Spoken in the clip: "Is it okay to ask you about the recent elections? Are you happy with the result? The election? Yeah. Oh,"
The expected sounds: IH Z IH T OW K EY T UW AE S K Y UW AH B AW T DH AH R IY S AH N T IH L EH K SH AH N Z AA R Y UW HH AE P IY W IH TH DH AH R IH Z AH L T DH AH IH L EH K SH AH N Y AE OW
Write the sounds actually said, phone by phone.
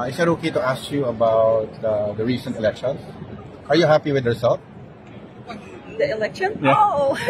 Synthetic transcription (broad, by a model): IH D IH T OW K EY T UW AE S K Y UW AH B AW T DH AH R IY S AH N T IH L EH K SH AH N S AA R Y UW HH AE P IY W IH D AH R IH S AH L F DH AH IH L EH K SH AH N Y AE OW